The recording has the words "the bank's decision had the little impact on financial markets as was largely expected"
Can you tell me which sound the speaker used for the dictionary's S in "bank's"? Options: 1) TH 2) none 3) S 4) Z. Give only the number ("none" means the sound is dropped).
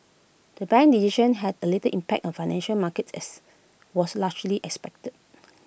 2